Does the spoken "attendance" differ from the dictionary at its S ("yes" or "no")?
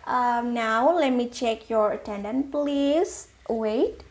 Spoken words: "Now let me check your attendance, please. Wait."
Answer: yes